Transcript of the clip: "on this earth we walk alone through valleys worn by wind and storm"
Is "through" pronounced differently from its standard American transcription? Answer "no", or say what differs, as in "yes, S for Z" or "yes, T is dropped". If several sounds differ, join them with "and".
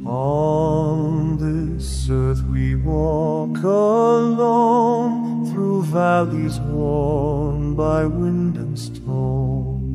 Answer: no